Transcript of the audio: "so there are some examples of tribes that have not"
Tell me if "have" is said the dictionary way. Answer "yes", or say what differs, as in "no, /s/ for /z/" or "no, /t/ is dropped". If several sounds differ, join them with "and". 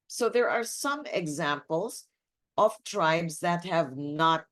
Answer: yes